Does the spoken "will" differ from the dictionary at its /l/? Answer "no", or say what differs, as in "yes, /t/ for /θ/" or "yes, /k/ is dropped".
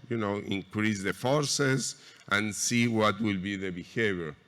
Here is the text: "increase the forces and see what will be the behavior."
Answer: no